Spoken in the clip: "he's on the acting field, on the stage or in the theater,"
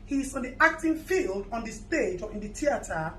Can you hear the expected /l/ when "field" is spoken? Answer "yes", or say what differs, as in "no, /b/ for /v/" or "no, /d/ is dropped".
yes